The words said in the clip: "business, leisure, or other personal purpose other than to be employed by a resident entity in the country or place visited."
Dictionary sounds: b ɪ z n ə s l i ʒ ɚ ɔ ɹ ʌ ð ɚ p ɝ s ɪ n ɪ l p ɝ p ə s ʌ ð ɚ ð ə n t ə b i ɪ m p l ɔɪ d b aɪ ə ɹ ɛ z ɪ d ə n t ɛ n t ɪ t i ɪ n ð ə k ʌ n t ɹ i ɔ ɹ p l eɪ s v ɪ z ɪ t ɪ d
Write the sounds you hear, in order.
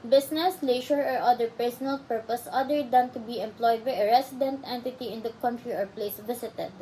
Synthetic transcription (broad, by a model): b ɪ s n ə s l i ʃ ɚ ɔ ɹ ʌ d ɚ p ɝ s ɪ n ɪ l p ɝ p ə s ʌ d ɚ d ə n t ə b i ɪ m p l ɔɪ d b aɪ ə ɹ ɛ s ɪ d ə n t ɛ n t ɪ t i ɪ n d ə k ʌ n t ɹ i ɔ ɹ p l eɪ s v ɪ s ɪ t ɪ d